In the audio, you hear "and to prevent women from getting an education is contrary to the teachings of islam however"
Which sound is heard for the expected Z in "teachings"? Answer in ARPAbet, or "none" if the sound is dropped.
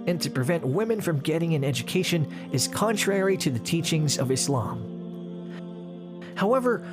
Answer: Z